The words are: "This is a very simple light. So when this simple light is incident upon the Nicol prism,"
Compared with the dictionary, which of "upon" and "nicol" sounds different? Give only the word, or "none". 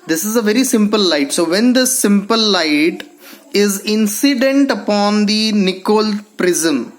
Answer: none